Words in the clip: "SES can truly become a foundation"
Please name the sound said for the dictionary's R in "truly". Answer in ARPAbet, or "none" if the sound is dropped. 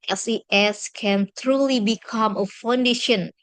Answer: R